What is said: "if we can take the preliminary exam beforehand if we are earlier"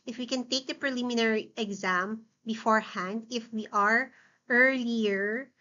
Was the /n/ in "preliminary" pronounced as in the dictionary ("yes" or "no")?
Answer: yes